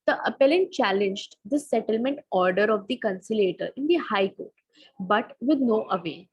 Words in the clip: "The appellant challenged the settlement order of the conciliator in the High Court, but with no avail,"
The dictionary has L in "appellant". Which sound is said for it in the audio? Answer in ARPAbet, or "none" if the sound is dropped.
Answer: L